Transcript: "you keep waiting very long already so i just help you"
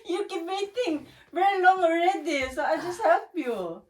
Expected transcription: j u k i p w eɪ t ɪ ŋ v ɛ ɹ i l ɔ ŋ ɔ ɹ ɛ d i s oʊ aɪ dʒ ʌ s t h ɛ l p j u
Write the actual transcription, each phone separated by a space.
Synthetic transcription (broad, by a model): j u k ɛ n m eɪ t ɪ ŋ v ɛ ɹ i l ɔ ŋ ɔ ɹ ɛ d i s oʊ aɪ dʒ ʌ s t h ɛ l p j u